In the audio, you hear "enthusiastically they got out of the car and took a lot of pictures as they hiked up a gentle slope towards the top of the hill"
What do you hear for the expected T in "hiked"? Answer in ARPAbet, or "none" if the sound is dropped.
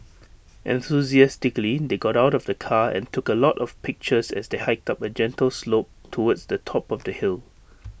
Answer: T